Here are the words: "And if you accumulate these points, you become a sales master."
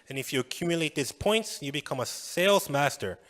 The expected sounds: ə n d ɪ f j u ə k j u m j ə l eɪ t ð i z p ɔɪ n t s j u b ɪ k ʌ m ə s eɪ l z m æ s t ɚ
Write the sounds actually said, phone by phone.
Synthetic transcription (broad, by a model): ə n ɪ f j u ə k j u m j ə l eɪ t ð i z p ɔɪ n t s j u b ɪ k ʌ m ə s eɪ l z m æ s t ɚ